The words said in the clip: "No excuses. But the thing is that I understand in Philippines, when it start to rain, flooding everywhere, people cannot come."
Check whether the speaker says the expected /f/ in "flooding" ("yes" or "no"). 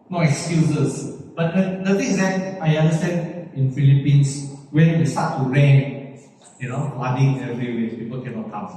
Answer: no